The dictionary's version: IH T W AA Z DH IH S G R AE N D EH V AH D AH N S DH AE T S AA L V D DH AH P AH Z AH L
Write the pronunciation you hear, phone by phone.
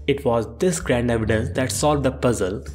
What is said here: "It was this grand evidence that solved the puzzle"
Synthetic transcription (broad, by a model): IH T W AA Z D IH S G R AE N D EH V AH D AH N S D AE T S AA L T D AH P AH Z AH L